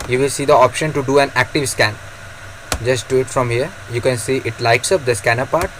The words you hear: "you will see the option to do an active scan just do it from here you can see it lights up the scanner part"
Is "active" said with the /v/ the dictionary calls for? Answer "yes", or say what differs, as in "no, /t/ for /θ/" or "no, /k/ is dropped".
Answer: yes